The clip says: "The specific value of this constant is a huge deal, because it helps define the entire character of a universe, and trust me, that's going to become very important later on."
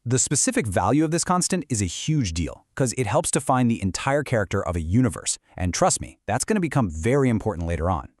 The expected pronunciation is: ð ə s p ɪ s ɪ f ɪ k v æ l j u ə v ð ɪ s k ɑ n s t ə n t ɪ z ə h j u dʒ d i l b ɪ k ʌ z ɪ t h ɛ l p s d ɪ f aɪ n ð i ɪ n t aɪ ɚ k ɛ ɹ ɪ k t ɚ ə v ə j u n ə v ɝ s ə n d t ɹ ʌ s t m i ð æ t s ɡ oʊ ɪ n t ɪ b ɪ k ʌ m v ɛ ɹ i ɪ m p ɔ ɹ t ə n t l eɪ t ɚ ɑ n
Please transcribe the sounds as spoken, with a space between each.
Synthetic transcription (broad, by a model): ð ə s p ɪ s ɪ f ɪ k v æ l j u ə v ð ɪ s k ɑ n s t ə n t ɪ z ə h j u dʒ d i l k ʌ z ɪ t h ɛ l p s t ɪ f aɪ n ð i ɪ n t aɪ ɚ k ɛ ɹ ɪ k t ɚ ə v ə j u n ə v ɝ s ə n t ɹ ʌ s t m i ð æ t s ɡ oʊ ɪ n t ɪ b ɪ k ʌ m v ɛ ɹ i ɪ m p ɔ ɹ t n t l eɪ t ɚ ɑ n